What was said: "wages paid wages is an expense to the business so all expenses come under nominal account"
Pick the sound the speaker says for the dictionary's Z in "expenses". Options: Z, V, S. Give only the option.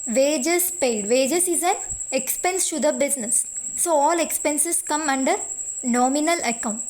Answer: S